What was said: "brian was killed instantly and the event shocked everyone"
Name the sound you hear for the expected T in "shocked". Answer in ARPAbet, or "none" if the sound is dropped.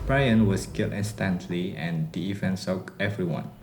none